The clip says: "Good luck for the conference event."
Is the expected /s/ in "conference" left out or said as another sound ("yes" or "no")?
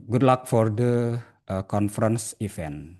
no